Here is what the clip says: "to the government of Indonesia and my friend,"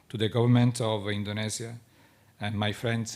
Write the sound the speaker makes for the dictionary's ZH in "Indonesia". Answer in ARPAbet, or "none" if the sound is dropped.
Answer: Z